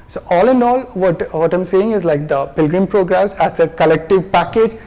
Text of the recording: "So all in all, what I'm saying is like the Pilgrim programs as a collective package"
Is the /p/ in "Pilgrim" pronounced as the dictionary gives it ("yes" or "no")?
yes